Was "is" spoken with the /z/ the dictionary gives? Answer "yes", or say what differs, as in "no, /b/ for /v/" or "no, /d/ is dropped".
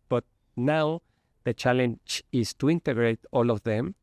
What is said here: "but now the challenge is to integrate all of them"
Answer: no, /s/ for /z/